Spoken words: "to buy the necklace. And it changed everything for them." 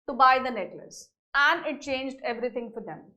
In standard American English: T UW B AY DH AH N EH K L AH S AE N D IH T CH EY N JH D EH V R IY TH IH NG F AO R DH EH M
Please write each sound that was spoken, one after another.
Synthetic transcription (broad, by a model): T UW B AY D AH N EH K L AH S AE N D IH T CH EY N JH D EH V R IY T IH NG F AO R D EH M